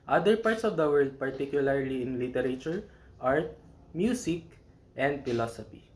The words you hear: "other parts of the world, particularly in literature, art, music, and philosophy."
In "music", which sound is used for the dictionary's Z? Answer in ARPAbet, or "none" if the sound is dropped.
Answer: S